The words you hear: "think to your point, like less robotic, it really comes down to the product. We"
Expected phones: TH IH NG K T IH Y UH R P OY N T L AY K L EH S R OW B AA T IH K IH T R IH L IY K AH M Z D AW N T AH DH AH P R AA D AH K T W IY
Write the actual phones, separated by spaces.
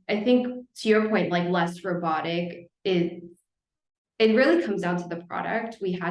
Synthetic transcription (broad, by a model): TH IH NG K T IH Y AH R P OY N T L AY K L EH S R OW B AA T IH K IH T R IH L IY K AH M Z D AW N T AH DH AH P R AA D AH K T W IY